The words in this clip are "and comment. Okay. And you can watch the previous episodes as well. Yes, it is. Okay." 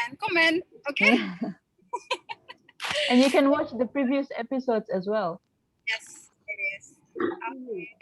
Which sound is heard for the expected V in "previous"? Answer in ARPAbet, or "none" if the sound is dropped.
V